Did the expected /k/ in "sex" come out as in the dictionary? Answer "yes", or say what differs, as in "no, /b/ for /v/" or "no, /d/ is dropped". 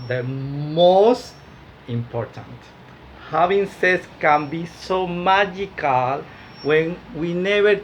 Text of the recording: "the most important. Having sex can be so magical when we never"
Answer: no, /k/ is dropped